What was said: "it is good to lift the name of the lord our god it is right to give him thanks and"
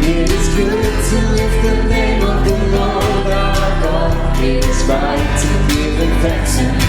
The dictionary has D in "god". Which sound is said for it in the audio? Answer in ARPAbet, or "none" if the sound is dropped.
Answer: none